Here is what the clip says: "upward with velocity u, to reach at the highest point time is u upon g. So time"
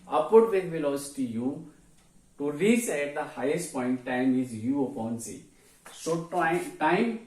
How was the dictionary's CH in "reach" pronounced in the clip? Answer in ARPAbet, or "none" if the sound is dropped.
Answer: S